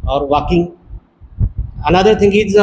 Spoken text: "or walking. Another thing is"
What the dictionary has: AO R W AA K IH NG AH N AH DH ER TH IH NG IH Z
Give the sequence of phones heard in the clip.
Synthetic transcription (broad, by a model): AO R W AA K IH NG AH N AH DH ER T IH NG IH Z